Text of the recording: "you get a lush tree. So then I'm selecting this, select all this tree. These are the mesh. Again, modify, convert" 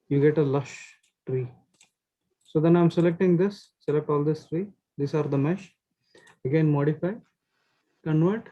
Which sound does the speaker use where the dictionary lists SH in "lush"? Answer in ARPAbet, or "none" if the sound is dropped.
SH